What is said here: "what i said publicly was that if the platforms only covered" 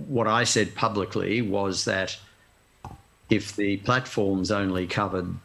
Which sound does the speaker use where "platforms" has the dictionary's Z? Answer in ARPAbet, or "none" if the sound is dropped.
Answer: Z